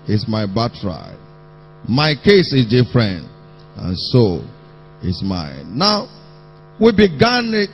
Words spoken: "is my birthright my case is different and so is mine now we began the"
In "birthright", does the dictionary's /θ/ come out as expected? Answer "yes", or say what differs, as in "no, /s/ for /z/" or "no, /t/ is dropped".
no, /t/ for /θ/